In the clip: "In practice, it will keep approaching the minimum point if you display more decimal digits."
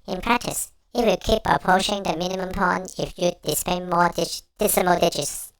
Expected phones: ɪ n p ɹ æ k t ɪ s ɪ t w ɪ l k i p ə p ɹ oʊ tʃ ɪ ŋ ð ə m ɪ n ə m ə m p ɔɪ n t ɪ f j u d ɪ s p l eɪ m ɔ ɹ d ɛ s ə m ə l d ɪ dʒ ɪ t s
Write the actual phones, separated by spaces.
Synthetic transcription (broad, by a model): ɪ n p ɹ æ k t ɪ s ɪ t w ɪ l k i p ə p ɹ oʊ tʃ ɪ ŋ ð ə m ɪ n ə m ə m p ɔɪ n ɪ f j u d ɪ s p eɪ m ɔ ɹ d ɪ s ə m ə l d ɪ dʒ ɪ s